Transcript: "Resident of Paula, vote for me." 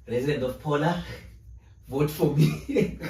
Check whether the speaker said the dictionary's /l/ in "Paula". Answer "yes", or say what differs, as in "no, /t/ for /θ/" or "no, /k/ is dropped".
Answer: yes